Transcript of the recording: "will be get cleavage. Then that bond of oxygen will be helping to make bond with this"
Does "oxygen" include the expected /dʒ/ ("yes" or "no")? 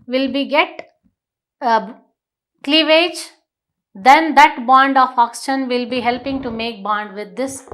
no